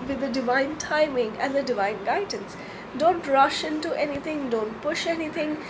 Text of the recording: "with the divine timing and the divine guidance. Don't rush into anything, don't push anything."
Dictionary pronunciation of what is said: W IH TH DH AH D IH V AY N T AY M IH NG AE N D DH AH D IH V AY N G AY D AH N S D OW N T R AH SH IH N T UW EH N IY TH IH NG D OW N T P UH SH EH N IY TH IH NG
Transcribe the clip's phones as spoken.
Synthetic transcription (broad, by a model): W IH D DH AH D IH V AY N T AY M IH NG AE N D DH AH D IH V AY N G AY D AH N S D OW N T R AH SH IH N T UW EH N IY T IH NG D OW N T P UH SH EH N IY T IH NG